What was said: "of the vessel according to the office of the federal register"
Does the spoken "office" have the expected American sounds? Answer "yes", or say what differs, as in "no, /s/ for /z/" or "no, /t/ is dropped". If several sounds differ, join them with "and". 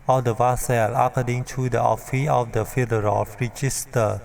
no, /s/ is dropped